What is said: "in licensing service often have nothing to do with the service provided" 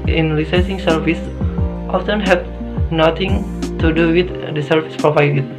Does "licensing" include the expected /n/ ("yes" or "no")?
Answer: no